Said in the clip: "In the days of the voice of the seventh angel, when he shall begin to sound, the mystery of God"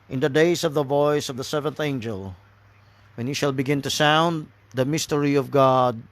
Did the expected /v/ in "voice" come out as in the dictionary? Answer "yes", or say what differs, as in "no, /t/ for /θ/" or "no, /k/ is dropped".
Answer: yes